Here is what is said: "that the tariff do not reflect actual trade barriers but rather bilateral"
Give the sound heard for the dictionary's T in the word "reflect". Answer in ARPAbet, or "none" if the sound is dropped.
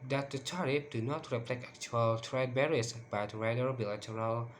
none